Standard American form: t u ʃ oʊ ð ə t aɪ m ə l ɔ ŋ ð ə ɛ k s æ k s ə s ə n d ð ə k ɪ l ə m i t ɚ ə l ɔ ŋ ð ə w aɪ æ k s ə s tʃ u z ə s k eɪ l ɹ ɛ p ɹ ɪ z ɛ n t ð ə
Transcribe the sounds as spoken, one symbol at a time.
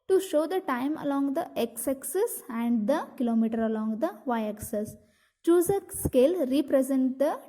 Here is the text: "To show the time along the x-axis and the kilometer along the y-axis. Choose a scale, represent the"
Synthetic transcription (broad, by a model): t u ʃ oʊ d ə t aɪ m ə l ɔ ŋ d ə ɛ k s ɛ k s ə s ə n d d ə k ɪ l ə m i t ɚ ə l ɔ ŋ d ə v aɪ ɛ k s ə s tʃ u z ə s k eɪ l ɹ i p ɹ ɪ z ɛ n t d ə